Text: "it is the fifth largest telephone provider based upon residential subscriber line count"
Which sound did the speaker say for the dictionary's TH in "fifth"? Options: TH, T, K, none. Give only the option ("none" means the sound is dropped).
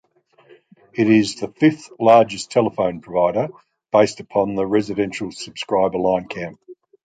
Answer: TH